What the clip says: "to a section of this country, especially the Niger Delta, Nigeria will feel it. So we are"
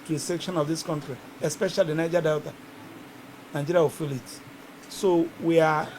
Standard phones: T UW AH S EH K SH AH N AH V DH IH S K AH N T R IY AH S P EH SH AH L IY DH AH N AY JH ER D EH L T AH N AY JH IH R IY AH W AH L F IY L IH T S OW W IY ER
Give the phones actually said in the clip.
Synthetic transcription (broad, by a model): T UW AH S EH K SH AH N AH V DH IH S K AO N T R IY AH S P EH SH AH L IY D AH N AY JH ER D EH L T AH N AY JH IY R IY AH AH F IY L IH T S OW W IY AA